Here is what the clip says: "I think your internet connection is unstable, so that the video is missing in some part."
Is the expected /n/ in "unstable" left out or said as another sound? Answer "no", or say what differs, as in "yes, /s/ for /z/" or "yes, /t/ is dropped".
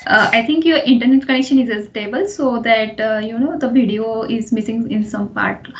yes, /n/ is dropped